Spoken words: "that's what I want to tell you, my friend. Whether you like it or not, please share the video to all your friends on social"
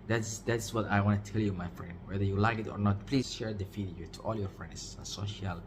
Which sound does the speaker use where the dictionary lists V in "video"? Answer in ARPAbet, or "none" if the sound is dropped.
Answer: F